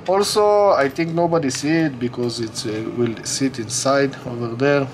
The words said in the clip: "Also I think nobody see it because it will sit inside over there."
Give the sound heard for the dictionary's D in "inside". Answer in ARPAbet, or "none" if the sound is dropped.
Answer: D